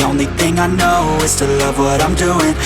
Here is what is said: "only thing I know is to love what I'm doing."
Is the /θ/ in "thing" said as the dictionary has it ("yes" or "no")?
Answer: yes